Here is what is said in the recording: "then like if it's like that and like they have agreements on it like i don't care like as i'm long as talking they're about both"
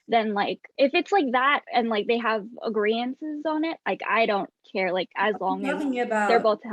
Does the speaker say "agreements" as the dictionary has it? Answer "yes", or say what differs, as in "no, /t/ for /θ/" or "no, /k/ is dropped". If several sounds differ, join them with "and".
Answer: no, /m/ is dropped